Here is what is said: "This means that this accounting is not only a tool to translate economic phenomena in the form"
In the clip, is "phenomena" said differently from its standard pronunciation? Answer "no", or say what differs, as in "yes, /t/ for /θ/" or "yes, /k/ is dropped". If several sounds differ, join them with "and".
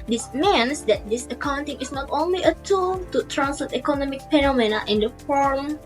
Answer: yes, /p/ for /f/